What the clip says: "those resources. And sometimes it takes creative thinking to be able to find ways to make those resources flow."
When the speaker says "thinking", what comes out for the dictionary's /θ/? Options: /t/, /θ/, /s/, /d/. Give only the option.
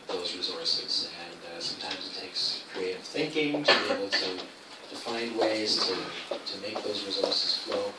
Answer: /θ/